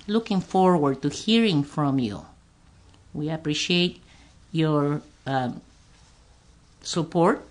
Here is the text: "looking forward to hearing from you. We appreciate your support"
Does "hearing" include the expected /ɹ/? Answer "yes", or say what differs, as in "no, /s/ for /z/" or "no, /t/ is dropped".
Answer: yes